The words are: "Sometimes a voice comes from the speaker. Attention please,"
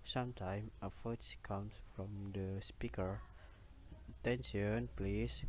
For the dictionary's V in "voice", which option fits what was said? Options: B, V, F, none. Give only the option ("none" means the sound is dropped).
F